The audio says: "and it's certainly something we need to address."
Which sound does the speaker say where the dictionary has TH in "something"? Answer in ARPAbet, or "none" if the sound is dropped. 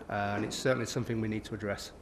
TH